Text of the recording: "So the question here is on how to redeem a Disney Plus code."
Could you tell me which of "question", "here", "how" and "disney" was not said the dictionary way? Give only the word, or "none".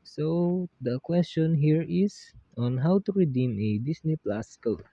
disney